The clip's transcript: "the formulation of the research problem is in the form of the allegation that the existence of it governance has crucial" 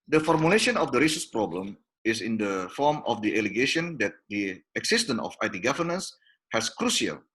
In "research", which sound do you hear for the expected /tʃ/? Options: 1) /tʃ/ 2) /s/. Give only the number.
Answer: 2